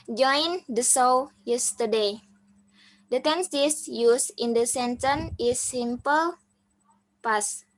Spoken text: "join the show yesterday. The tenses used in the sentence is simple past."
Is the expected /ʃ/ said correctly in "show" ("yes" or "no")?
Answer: no